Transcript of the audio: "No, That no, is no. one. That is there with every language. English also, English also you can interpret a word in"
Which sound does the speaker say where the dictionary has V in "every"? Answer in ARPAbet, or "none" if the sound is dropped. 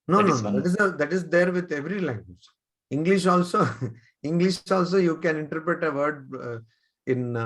V